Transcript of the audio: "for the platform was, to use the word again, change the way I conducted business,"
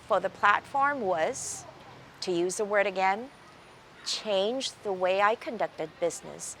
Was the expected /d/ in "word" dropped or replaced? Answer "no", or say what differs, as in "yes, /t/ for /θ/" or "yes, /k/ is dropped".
no